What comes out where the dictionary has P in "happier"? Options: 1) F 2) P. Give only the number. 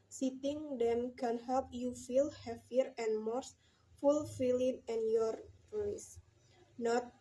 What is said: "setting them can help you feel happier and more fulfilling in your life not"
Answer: 1